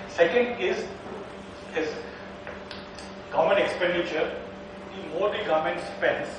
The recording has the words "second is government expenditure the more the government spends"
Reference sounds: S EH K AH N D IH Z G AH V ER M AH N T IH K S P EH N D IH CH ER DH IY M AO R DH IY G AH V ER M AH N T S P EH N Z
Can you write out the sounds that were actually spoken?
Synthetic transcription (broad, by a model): S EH K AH N D IH Z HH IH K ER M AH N IH K S P EH N D IH CH ER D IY M AO R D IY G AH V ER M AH N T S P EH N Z